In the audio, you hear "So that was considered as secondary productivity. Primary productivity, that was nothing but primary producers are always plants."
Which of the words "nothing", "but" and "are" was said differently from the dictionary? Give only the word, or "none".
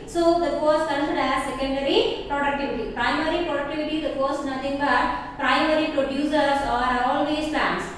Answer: nothing